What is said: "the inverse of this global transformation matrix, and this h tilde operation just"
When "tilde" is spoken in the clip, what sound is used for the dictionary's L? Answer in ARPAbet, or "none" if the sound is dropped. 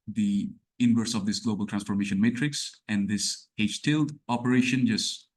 L